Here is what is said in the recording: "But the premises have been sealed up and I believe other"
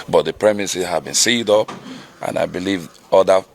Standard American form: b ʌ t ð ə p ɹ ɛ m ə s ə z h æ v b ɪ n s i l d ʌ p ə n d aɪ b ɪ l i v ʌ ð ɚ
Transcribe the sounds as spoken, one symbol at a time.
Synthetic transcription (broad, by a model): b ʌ t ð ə p ɹ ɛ m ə s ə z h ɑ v b ɪ n s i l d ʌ p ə n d aɪ b ɪ l i v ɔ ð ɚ